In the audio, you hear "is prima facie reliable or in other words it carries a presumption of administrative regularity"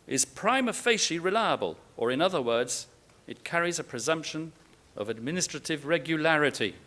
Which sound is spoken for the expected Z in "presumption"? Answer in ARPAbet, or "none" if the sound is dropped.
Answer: Z